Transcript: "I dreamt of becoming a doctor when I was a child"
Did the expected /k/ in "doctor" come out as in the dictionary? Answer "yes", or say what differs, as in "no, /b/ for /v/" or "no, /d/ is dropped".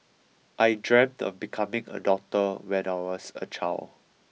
no, /k/ is dropped